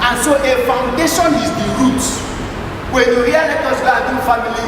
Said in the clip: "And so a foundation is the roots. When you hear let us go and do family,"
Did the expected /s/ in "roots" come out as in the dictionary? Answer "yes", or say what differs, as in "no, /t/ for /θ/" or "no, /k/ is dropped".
no, /s/ is dropped